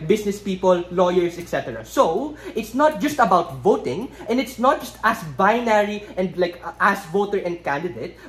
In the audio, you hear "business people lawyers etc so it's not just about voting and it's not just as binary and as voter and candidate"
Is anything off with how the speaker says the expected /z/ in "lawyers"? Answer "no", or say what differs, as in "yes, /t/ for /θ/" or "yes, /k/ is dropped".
yes, /s/ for /z/